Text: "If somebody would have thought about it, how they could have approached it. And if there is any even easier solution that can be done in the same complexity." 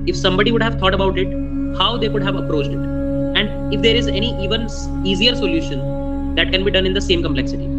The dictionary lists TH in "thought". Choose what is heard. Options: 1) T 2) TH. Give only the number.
1